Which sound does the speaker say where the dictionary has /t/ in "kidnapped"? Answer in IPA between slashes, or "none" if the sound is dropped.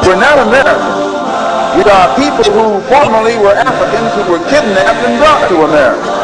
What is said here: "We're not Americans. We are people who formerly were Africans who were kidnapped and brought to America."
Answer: none